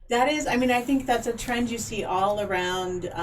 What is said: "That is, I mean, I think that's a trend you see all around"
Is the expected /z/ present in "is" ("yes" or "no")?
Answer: yes